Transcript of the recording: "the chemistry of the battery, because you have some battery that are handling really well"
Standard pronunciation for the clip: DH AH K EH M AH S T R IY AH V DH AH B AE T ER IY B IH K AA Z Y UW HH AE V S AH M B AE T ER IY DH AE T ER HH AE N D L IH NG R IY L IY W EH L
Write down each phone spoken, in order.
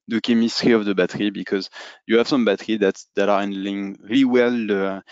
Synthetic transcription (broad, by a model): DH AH K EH M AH S T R IY AH V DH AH B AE T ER IY B IH K AA Z Y UW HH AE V S AH M B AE T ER IY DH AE T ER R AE N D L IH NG R IY L IY W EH L